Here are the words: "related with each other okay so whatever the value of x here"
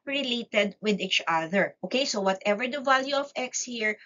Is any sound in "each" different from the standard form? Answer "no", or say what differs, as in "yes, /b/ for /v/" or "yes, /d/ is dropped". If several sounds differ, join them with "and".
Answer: no